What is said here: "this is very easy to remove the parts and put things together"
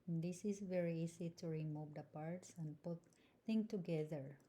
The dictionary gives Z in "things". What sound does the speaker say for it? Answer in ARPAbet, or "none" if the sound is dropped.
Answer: none